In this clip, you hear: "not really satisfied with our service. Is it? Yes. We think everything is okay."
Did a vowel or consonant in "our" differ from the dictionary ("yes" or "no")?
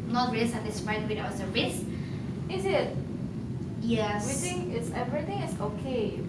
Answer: yes